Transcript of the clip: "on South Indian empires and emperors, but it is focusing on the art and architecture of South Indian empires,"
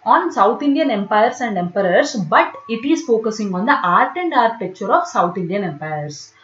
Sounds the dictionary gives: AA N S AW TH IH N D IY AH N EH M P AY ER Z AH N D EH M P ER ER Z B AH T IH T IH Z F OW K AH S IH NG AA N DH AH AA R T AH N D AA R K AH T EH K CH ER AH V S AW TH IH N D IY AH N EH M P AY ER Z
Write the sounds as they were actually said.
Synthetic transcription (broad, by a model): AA N S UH T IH N D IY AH N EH M P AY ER S AH N D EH M P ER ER S B AH T IH T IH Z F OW K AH S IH NG AA N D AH AA R T AH N D AA R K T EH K CH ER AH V S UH T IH N D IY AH N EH M P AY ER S